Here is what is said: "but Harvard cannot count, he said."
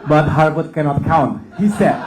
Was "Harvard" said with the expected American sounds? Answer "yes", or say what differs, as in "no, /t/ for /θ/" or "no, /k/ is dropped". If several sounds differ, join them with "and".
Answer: no, /b/ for /v/